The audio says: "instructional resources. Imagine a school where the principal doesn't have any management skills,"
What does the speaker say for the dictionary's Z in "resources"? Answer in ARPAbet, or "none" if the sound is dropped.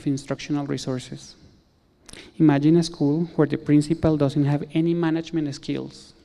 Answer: S